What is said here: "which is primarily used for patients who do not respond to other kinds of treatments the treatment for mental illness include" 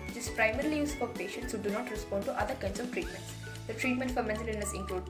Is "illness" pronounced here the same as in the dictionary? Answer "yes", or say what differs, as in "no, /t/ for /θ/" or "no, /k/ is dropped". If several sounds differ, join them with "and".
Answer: no, /l/ is dropped